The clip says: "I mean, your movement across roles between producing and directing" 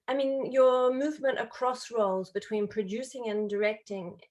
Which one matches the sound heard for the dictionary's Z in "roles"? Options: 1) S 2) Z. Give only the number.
2